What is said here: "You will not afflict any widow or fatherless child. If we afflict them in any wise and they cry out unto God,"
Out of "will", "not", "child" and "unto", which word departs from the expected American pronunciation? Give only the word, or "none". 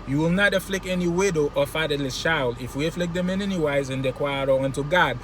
child